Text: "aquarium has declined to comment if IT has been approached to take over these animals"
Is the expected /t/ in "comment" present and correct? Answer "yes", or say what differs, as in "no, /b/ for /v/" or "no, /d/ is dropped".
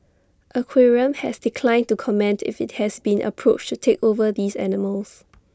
yes